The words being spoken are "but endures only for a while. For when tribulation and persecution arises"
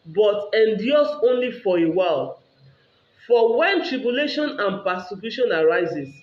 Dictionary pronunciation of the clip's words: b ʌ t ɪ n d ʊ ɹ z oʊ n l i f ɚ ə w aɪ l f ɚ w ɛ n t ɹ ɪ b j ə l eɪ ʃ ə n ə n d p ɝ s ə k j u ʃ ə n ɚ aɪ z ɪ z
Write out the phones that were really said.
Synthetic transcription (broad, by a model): b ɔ t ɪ n d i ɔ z oʊ n l i f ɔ ə w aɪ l f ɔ w ɛ n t ɹ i b j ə l eɪ ʃ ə n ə n p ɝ s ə k j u ʃ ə n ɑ aɪ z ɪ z